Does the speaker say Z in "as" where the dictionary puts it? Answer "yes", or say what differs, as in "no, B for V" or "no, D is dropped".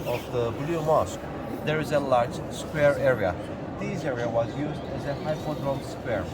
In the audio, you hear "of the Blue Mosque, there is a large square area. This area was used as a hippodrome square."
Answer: yes